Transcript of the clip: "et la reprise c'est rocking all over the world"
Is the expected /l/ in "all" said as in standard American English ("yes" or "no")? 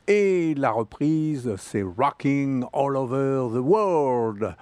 yes